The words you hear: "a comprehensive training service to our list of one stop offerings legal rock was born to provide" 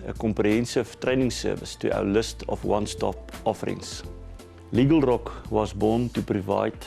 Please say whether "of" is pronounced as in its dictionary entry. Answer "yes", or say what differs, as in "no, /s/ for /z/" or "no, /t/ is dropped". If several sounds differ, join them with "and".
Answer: no, /f/ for /v/